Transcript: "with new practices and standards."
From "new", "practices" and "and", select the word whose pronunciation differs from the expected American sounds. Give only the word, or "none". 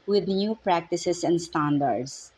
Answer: practices